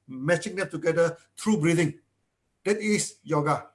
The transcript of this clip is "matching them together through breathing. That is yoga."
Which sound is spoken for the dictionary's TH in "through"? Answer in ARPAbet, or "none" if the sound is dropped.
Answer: T